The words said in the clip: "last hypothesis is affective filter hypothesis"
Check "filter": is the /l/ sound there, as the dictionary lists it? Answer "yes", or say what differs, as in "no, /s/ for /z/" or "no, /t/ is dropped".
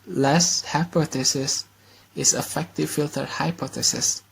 yes